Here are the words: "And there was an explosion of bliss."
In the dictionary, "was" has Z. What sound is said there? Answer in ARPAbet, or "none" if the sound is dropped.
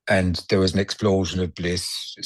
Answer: Z